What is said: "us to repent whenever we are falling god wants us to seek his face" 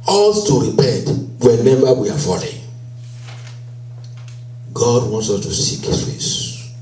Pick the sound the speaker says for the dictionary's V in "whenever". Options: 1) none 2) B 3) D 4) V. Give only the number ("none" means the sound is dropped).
2